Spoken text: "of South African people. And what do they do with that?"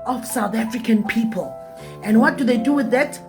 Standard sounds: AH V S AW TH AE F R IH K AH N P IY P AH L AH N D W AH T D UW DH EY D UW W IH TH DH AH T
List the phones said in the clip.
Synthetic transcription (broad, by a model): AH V S AW TH AE F R IH K AH N P IY P AH L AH N W AH T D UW DH EY D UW W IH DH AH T